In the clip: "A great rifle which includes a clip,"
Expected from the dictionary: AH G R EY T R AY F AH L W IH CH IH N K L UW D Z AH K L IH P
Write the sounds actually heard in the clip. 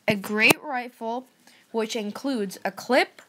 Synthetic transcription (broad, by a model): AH G R EY T R AY F L W IH CH IH N K L UW D Z AH K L IH P